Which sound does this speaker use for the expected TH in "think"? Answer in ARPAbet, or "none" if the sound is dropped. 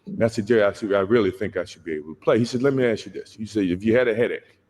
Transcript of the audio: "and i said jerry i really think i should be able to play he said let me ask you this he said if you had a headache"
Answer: TH